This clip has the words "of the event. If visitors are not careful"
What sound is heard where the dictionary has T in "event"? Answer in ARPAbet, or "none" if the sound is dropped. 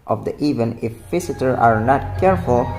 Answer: none